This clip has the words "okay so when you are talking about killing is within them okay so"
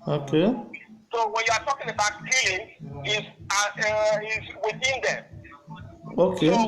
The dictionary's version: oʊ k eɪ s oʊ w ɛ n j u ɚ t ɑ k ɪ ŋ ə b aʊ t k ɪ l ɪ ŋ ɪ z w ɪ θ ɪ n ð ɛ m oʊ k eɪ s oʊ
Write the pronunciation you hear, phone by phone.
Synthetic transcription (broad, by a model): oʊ k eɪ s oʊ w ɛ n j u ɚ t ɑ k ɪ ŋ ə b aʊ t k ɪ n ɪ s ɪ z w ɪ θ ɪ n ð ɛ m oʊ k eɪ